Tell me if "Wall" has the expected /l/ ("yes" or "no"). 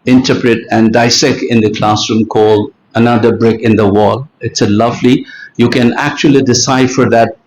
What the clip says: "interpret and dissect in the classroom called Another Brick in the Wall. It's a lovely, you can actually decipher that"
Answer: yes